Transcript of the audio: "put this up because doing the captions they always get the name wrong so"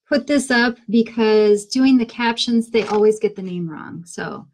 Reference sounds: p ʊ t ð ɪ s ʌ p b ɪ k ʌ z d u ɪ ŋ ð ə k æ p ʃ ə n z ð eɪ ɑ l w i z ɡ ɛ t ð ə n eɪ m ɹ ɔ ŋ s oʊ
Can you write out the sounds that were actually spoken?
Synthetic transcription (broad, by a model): p ʊ t ð ɪ s ʌ p b ɪ k ʌ z d u ɪ ŋ ð ə k æ p ʃ ə n z ð eɪ ɑ l w i z ɡ ɛ t ð ə n eɪ m ɹ ɔ ŋ s oʊ